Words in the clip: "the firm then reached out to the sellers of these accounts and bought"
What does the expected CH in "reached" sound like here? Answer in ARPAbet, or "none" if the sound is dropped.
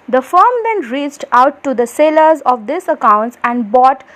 CH